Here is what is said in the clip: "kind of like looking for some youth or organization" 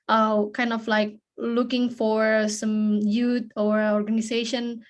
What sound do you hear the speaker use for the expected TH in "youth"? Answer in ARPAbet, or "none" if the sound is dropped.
T